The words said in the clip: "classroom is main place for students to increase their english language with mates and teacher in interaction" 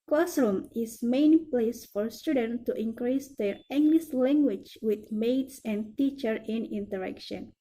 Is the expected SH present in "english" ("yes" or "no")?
no